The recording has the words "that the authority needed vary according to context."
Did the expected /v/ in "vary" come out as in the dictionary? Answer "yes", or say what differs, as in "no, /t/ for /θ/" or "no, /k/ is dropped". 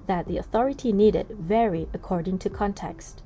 yes